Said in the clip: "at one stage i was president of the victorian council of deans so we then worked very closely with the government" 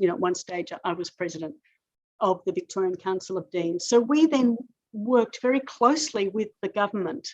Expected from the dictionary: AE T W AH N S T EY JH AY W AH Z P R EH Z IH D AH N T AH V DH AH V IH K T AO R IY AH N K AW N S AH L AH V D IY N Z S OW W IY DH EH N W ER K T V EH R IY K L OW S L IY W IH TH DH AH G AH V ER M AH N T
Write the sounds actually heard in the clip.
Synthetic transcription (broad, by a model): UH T W AH N S T EY JH AY W AH Z P R EH Z IH D AH N T AH V DH AH V IH K T AO R IY AH N K AW N S L AH V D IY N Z S OW W IY DH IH N W ER K T V EH R IY K L OW S L IY W IH DH AH G AH V ER M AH N T